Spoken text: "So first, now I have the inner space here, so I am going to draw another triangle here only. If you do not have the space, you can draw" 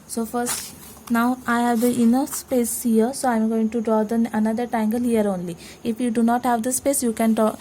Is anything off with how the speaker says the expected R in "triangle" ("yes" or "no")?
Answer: yes